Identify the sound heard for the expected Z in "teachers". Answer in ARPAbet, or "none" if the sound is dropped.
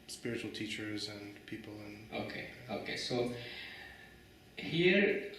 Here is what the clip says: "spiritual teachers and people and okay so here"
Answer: Z